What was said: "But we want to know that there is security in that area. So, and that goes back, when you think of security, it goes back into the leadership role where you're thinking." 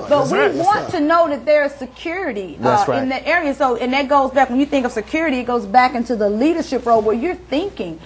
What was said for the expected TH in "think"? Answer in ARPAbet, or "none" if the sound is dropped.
TH